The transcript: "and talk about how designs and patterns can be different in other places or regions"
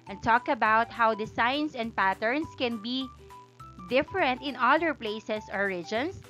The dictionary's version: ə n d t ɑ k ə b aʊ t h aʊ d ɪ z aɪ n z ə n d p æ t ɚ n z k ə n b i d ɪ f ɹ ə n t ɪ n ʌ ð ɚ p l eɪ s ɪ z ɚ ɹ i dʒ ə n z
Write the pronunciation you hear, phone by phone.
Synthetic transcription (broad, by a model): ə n t ɑ k ə b aʊ t h aʊ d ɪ s aɪ n s ə n d p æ t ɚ n s k ə n b i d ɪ f ɹ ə n t ɪ n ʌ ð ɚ p l eɪ s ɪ s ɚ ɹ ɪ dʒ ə n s